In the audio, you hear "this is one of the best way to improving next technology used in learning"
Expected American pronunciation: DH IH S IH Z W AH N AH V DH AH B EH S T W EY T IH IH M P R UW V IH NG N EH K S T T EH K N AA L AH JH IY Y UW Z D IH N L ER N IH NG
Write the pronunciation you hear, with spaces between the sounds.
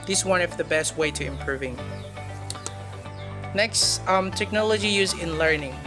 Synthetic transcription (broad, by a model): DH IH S W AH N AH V DH AH B EH S T W EY T IH IH M P R UW V IH NG N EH K S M T EH K N AA L AH JH IY Y UW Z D IH N L ER N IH NG